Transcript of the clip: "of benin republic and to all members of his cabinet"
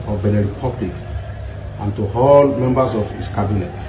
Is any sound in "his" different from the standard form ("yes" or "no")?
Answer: yes